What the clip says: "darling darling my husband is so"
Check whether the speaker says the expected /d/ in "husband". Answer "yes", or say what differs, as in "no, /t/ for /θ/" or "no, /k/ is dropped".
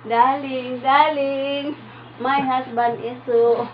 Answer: no, /d/ is dropped